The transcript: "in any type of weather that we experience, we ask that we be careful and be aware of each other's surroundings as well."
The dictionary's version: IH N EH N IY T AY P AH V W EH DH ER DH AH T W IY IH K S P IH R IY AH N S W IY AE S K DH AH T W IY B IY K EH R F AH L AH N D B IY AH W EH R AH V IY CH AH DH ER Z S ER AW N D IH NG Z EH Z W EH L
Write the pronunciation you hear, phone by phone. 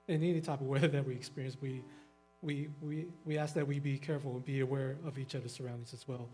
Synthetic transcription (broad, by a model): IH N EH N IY T AY P AH V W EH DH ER DH AH T W IY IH K S P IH R IY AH N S W IY AE S K DH AH T W IY B IY K EH R F L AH N B IY AH W EH R AH V IY CH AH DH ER S ER AW N D IH NG Z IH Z W EH L